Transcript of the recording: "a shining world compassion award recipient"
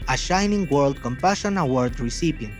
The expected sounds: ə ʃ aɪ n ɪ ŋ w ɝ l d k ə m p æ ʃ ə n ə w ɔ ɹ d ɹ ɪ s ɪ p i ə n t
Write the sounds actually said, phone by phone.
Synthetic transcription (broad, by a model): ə ʃ aɪ n ɪ ŋ w ɝ l d k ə m p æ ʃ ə n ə w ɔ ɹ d ɹ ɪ s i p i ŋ